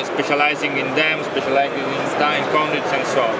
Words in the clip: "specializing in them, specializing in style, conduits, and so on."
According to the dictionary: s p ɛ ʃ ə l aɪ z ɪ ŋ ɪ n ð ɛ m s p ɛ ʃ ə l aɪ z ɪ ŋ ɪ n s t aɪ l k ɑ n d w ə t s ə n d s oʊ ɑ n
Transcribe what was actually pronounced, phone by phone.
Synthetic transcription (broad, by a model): s p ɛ ʃ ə l aɪ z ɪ ŋ ɪ n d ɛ m s p ɛ ʃ ə l aɪ z ɪ ŋ ɪ n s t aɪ n k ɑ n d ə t s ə n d s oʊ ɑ